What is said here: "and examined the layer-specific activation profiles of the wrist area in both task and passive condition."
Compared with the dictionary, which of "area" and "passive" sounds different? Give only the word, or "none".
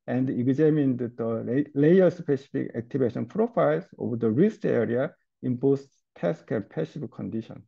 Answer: passive